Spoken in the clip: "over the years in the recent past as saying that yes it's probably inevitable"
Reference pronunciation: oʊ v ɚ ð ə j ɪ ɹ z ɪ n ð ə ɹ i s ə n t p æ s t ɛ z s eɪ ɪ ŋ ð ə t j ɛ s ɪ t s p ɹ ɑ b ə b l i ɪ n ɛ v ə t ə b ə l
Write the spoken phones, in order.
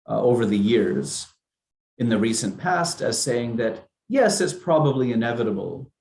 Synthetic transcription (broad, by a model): oʊ v ɚ ð ə j ɪ ɹ z ɪ n ð ə ɹ i s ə n p æ s t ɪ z s eɪ ɪ ŋ ð ə t j ɛ s ɪ t s p ɹ ɑ b ə b l i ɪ n ɛ v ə t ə b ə l